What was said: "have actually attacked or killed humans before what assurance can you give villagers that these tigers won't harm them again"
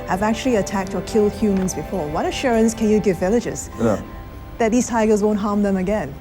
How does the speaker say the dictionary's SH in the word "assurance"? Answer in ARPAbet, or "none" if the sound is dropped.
SH